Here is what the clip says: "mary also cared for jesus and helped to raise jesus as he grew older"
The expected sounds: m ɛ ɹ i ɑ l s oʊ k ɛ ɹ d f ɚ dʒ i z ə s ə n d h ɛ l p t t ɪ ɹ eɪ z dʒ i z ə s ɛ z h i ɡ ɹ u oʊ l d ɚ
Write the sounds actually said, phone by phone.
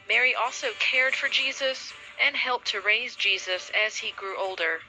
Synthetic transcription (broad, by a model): m ɛ ɹ i ɑ l s oʊ k ɛ ɹ d f ɚ dʒ i z ə s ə n h ɛ l p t t ɪ ɹ eɪ z dʒ i z ə s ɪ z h i ɡ ɹ u oʊ l d ɚ